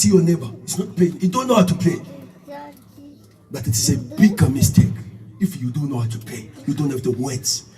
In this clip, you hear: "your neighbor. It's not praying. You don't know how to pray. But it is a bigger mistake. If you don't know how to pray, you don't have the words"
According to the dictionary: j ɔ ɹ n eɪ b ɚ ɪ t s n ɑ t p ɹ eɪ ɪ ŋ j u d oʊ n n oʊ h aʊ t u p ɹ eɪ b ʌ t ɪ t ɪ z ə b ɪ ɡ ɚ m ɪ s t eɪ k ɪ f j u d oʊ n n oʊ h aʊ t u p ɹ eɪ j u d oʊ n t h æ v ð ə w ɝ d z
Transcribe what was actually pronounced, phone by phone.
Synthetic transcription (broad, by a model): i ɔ n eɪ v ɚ ɪ t s n ɑ t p l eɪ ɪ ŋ j u d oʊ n n oʊ h aʊ t u p l eɪ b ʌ t ɪ t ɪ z ə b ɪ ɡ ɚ m ɪ s t eɪ k ɪ f j u d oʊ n n oʊ h aʊ t u p l eɪ j u d oʊ n t h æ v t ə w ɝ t